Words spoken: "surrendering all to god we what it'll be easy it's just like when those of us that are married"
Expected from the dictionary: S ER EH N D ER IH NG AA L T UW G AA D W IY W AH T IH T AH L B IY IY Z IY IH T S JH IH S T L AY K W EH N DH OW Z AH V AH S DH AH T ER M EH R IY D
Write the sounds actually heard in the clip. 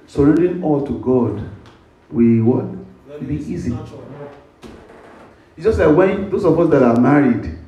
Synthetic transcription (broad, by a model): S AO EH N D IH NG AA L T UW G AA D W IY W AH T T B IY IY Z IY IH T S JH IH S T L AY K W EH N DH OW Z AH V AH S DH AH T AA M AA R IY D